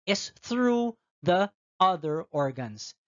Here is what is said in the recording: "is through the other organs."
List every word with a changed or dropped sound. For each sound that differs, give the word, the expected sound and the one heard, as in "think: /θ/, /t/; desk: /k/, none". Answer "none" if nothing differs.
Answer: none